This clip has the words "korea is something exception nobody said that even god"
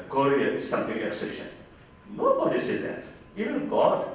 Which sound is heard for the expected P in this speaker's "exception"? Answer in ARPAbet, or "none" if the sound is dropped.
none